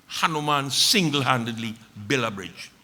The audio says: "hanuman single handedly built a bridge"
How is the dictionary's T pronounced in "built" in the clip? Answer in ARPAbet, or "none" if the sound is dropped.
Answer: none